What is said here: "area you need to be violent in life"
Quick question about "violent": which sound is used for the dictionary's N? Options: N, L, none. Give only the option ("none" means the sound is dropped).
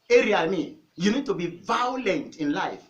N